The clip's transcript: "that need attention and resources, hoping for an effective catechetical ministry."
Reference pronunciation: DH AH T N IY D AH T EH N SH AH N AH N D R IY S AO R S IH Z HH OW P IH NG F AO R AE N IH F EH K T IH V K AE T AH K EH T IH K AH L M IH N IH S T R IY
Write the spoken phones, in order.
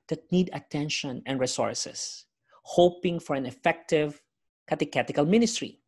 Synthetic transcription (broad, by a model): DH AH T N IY D AH T EH N SH AH N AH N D R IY S AO R S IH S HH OW P IH NG F AO R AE N IH F EH K T IH V K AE T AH K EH T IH K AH L M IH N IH S T R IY